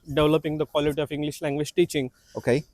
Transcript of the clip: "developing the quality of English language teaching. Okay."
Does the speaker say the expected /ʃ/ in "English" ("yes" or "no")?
yes